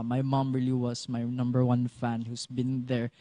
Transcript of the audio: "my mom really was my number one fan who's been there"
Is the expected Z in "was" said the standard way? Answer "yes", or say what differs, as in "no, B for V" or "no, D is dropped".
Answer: no, S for Z